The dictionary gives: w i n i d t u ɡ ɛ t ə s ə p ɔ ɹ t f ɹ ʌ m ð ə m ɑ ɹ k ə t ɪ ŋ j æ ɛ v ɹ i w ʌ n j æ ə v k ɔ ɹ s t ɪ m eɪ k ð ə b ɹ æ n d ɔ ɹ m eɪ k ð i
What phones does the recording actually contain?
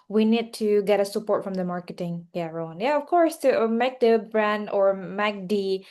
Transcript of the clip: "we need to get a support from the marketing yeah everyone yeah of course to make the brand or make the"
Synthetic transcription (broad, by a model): w i n i d t u ɡ ɛ t ə s ə p ɔ ɹ t f ɹ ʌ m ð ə m ɑ ɹ k ə t ɪ ŋ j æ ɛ ɹ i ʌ n j æ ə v k ɔ ɹ s t ɪ m eɪ k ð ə b ɹ æ n d ɔ ɹ m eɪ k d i